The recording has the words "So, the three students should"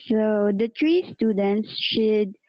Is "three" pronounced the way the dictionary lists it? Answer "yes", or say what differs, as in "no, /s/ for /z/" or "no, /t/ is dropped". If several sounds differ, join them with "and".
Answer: no, /t/ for /θ/